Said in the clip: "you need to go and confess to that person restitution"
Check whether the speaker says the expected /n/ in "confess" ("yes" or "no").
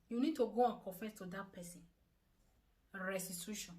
no